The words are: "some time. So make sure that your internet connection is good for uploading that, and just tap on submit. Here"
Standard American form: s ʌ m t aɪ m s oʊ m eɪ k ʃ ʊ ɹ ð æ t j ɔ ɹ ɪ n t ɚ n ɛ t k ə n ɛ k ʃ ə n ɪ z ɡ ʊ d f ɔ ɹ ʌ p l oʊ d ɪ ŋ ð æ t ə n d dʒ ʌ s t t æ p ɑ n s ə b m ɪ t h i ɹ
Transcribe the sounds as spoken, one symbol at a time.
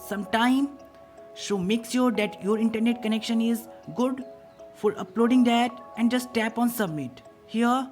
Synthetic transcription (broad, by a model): s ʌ m t aɪ m ʃ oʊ m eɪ k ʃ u ɹ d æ t j ɔ ɹ ɪ n t ɚ n ɛ t k ə n ɛ k ʃ ə n ɪ z ɡ ʊ d f ɔ ɹ ʌ p l oʊ d ɪ ŋ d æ t ə n d dʒ ʌ s t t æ p ɑ n s ə b m ɪ t h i ɹ